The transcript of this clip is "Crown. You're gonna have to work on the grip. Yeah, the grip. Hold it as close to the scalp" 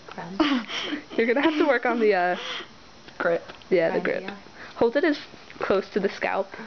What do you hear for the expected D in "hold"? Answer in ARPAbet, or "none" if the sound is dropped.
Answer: D